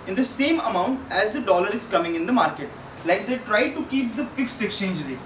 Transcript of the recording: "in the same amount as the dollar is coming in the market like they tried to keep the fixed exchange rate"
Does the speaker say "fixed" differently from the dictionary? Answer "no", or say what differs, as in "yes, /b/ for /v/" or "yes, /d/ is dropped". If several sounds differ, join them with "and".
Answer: no